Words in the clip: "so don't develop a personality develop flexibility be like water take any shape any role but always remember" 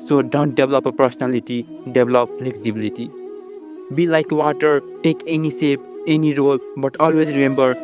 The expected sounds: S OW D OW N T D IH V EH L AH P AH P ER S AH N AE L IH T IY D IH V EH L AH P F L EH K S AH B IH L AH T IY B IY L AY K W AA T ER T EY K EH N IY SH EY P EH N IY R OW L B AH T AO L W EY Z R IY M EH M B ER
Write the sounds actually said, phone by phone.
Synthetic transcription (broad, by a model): S OW D OW N T D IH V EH L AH P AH P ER S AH N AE L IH T IY D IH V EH L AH P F L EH K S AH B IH L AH T IY B IY L AY K W AA T ER T EY K EH N IY S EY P EH N IY R OW L B AH T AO L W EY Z R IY M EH M B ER